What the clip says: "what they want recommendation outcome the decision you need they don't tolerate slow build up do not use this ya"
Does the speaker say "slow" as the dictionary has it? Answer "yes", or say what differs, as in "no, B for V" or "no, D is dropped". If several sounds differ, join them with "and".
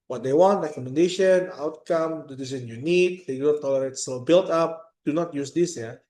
no, L is dropped